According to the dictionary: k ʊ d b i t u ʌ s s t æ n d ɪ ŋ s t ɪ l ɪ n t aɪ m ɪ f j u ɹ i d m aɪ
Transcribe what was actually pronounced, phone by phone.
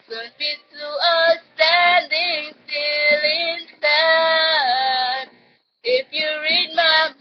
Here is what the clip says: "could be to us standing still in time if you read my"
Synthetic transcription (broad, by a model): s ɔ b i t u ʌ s s t æ n d ɪ ŋ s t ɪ l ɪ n s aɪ ɪ f j u ɹ i d m aɪ